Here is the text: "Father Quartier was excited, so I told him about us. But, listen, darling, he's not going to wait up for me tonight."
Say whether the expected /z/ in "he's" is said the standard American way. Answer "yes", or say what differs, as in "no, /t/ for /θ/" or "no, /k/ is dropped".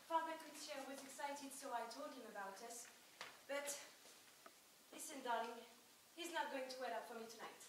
yes